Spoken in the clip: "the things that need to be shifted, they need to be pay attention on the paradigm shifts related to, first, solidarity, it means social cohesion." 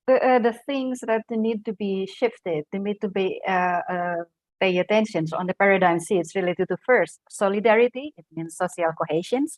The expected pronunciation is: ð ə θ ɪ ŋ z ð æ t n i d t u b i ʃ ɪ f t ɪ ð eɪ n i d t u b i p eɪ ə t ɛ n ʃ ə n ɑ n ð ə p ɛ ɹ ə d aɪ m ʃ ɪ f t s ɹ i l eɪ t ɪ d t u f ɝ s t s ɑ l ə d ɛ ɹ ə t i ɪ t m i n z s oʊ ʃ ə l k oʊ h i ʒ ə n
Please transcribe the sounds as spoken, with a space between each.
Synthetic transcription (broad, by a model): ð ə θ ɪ ŋ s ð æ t n i d t u b i ʃ ɪ f t ɪ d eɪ n i d t u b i p eɪ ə t ɛ n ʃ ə n ɑ n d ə p ɛ ɹ ə d aɪ m s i t s ɹ i l eɪ t ɪ d t u f ɝ s t s ɑ l ə d ɛ ɹ ə t i ɪ t m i n s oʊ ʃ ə l k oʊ h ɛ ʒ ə n